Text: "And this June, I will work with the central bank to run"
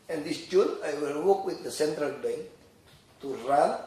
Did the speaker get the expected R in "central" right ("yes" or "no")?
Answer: yes